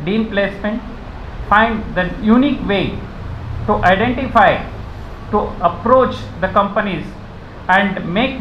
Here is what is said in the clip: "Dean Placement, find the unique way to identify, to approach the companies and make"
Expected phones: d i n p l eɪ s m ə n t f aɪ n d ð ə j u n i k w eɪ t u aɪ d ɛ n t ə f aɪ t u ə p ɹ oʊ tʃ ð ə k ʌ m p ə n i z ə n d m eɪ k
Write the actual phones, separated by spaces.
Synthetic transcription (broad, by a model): d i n p l eɪ s m ə n t f aɪ n d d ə j u n i k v eɪ t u aɪ d ɛ n t ə f aɪ t u ə p ɹ oʊ tʃ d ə k ʌ m p ə n i z ə n d m eɪ k